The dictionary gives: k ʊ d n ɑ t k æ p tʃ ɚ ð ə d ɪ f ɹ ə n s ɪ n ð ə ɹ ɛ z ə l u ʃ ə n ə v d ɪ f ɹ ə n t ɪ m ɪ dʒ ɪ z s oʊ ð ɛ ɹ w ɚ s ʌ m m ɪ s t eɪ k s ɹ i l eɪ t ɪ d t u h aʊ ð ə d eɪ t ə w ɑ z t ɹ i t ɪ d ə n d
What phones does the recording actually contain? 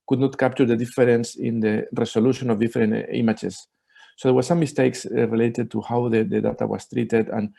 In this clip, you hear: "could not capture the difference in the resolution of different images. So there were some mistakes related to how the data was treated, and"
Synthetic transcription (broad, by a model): k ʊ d n ɑ t k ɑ p tʃ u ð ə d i f ɹ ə n s ɪ n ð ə ɹ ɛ s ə l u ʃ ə n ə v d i f ɹ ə n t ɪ m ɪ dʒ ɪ s oʊ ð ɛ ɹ w ɚ s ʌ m m ɪ s t eɪ k s ɹ i l eɪ t ɪ d t u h aʊ ð ə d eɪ t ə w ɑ s t ɹ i t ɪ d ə n